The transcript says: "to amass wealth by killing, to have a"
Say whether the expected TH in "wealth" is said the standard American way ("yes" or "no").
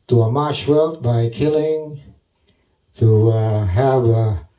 no